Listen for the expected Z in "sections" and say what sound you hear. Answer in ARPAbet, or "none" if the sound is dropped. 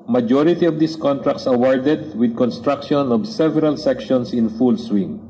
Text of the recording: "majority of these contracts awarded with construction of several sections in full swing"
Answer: S